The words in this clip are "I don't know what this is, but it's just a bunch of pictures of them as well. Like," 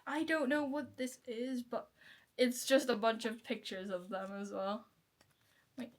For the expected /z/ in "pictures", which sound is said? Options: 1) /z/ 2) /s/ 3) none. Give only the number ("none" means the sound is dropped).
1